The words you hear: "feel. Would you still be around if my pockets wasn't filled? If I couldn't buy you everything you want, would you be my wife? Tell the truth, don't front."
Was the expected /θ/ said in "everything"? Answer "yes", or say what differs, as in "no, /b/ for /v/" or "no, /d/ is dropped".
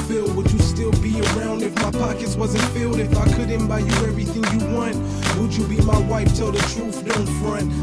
yes